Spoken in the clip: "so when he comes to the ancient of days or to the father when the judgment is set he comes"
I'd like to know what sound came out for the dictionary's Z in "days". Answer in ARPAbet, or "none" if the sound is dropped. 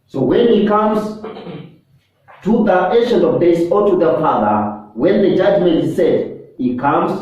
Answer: S